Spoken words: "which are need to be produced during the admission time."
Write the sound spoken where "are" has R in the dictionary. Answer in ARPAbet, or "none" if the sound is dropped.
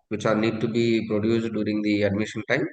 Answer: L